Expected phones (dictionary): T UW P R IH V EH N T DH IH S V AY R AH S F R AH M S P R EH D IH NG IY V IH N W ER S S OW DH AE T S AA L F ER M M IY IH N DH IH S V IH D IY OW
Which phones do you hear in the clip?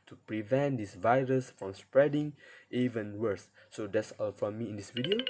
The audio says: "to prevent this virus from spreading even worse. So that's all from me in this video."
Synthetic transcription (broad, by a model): T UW P R IH V EH N T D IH S V AY R AH S F R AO M S P R EH D IH NG IY V IH N W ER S S OW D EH T S AA L F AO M M IY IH N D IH S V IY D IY OW